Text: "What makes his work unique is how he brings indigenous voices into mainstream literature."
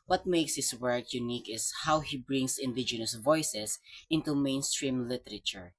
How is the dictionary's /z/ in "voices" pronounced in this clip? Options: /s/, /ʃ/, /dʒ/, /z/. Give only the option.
/s/